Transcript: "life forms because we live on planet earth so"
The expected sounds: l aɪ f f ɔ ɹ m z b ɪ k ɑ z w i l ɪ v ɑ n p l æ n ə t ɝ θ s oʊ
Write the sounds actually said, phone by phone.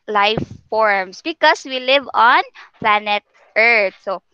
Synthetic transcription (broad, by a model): l aɪ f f ɔ ɹ m s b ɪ k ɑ s w i l ɪ v ɑ n p l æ n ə t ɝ t s oʊ